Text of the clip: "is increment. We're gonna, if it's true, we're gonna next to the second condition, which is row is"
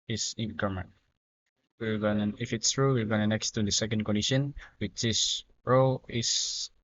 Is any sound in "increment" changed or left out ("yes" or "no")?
yes